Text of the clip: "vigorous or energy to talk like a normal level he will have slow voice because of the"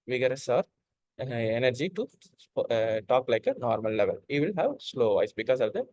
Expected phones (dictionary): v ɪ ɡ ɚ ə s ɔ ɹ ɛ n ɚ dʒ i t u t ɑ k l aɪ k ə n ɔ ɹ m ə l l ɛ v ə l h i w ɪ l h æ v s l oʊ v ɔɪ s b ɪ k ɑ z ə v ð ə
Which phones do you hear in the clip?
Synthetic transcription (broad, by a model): v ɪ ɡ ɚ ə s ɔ ɹ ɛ n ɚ dʒ i t u t ɑ k l aɪ k ə n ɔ ɹ m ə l l ɛ v ə l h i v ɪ l h æ v s l oʊ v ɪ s b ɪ k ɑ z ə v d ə